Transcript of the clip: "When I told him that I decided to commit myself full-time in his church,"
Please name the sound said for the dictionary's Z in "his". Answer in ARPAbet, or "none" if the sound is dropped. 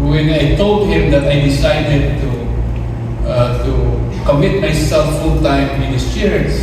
S